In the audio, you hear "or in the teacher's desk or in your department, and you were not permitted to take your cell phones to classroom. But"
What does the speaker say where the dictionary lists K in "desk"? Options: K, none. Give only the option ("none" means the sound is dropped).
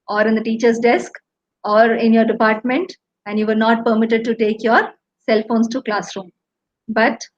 K